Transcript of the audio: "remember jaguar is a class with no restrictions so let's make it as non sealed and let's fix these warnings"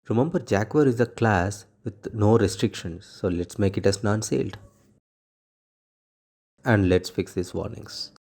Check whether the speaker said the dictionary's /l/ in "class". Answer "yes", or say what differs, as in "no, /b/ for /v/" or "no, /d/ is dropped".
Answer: yes